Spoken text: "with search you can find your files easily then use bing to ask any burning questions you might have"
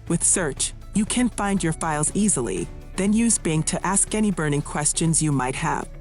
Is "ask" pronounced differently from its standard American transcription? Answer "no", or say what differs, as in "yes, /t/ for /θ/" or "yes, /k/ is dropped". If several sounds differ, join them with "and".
no